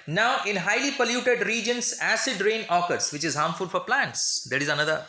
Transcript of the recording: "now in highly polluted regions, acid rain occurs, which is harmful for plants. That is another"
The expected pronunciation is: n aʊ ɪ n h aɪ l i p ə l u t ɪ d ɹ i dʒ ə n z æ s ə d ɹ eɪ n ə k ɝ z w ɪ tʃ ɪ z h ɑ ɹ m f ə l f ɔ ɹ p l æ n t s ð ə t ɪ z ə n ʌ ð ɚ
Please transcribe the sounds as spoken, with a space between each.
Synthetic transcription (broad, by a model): n aʊ ɪ n h aɪ l i p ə l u t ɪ d ɹ i dʒ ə n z æ s ə d ɹ eɪ n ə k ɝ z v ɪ tʃ ɪ z h ɑ ɹ m f ə l f ɔ ɹ p l æ n t s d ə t ɪ z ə n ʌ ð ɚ